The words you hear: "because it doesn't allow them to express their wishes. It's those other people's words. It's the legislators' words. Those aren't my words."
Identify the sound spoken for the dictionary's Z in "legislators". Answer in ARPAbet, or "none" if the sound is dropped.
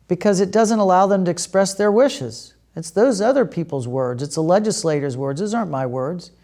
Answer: Z